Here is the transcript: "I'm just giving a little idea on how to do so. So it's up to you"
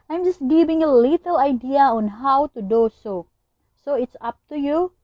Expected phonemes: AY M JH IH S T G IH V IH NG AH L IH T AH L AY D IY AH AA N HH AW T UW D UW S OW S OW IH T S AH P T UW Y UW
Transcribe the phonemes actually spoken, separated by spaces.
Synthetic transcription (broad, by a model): AY M JH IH S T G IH B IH NG AH L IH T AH L AY D IY AH AA N HH AW T UW D UW S OW S OW IH T S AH P T UW Y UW